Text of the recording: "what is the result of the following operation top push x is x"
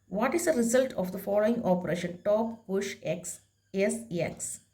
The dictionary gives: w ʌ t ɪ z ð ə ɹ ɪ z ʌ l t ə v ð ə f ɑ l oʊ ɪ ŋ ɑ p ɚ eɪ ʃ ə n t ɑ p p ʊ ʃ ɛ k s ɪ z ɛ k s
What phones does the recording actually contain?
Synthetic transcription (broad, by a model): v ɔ t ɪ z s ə ɹ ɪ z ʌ l t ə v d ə f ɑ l oʊ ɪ ŋ ɑ p ɚ eɪ ʃ ə n t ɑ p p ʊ ʃ ɛ k s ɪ s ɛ k s